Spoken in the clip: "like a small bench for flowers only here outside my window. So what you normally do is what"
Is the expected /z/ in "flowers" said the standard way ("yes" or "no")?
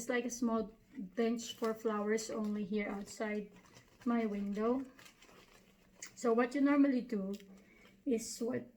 no